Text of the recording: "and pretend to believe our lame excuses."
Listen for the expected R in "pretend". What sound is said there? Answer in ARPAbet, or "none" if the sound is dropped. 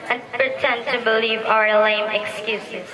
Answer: R